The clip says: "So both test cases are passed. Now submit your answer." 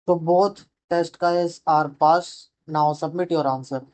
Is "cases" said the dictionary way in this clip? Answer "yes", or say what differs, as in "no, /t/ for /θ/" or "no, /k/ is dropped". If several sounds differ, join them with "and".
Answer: no, /s/ is dropped and /s/ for /z/